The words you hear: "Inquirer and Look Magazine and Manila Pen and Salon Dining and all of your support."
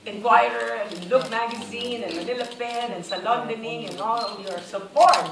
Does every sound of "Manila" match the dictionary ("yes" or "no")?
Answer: no